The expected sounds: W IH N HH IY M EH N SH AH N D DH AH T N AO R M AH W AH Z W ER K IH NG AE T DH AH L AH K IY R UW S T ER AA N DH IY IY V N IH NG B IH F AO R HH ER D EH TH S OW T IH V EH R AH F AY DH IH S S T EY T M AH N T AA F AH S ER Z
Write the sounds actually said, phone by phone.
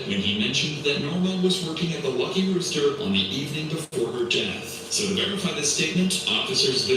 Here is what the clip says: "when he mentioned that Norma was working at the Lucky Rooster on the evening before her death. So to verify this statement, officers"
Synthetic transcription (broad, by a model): W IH N IY M EH N SH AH N DH AH T N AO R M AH W AH Z W ER K IH NG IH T DH AH L AH K IY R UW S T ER N DH IY IY V N IH NG B IH F AO R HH ER D EH TH S OW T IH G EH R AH F AY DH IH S S T EY T M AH N T AA F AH S ER Z